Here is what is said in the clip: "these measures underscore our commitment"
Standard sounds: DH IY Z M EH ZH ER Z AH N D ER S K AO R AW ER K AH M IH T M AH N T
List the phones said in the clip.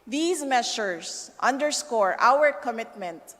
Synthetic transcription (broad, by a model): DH IY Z M EH SH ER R AH N D ER S K AO R AW ER K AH M IH T M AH N T